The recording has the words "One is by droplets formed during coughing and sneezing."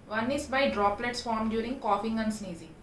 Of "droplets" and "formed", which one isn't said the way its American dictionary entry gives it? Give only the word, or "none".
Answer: none